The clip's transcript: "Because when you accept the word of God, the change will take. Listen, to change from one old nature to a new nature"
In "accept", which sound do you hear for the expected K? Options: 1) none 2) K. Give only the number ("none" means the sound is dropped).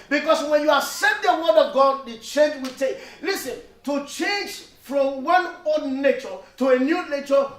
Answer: 1